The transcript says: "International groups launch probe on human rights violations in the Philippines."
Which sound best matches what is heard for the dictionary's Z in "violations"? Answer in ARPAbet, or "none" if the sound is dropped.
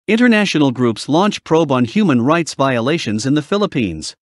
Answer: Z